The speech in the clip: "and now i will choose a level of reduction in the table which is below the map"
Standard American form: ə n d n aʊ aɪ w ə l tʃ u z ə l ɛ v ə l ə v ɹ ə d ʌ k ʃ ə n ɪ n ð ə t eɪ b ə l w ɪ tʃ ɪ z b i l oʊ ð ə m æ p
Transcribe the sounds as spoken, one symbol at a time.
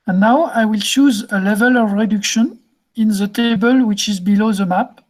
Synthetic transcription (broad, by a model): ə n n aʊ aɪ w ə l tʃ u z ə l ɛ v ə l ə v ɹ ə d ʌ k ʃ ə n ɪ n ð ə t eɪ b ə l w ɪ tʃ ɪ z b i l oʊ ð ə m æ p